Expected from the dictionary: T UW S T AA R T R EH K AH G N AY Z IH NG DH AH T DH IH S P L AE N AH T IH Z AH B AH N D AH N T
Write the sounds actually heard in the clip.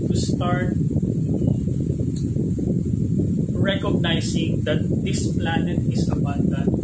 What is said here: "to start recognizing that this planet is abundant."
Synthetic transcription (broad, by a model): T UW S T AA R T R EH K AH G N AY S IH NG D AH T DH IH S P L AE N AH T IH S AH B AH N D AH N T